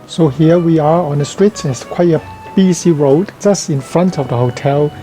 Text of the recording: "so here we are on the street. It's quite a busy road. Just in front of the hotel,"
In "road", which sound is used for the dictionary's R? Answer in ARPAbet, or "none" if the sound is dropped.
R